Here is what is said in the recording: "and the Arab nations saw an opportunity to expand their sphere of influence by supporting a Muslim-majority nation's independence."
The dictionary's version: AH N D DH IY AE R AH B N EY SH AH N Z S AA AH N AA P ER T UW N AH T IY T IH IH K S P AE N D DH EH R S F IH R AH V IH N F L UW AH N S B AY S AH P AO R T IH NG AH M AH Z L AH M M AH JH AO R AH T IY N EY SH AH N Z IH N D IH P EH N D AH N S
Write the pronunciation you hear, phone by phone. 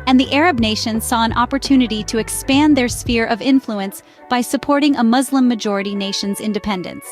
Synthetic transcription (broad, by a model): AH N DH IY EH R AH B N EY SH AH N Z S AA AH N AA P ER T UW N AH T IY T IH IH K S P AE N DH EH R S F IH R AH V IH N F L UW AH N S B AY S AH P AO R T IH NG AH M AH Z L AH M M AH JH AO R AH T IY N EY SH AH N Z IH N D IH P EH N D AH N S